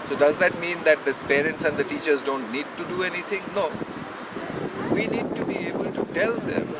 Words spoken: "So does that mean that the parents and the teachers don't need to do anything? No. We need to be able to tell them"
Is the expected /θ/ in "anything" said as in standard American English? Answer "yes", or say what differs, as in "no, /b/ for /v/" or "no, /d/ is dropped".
no, /t/ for /θ/